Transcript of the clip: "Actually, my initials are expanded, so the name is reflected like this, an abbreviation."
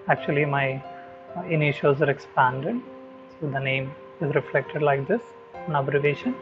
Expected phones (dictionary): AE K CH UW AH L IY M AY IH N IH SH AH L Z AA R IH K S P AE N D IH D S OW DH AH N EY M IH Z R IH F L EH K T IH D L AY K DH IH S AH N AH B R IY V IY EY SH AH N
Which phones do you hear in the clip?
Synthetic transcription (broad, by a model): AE K CH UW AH L IY M AY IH N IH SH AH Z AA R IH K S P AE N D IH D S OW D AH N EY M IH Z R IH F L EH K T IH D L AY K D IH S AH N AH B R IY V EY SH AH N